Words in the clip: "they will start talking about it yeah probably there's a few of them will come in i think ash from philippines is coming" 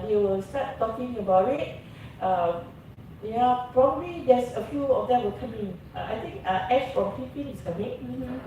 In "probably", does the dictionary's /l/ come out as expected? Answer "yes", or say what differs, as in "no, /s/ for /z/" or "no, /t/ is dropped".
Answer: yes